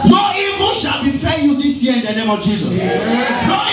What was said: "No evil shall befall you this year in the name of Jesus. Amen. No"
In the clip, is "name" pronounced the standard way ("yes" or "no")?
yes